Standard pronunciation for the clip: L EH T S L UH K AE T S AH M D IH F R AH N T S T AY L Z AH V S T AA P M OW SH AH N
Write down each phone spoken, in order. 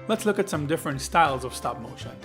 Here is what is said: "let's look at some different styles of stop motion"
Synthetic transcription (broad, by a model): L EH T S L UH K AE T S AH M D IH F R AH N T S T AY L Z AH V S T AA P M OW SH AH N